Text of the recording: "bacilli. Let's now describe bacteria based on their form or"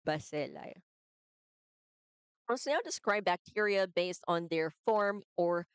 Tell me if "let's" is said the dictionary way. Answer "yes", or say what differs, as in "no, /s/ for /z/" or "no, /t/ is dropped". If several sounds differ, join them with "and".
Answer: no, /w/ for /l/